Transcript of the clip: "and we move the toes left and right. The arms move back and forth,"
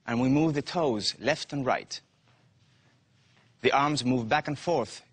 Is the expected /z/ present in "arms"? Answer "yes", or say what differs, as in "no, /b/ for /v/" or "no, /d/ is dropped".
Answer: yes